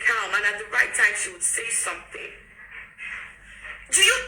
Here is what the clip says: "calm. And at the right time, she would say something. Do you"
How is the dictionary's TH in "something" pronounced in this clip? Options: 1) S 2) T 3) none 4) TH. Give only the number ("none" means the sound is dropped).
4